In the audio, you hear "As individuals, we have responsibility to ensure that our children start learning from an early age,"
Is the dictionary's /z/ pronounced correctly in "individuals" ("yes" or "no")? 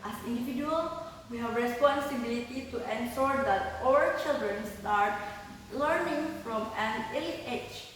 no